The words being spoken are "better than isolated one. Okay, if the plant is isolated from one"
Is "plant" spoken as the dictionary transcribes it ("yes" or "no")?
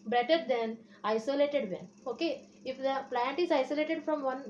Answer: yes